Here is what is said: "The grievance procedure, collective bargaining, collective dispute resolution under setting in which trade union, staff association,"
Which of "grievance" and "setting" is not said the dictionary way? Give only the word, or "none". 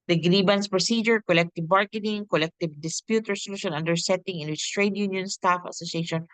grievance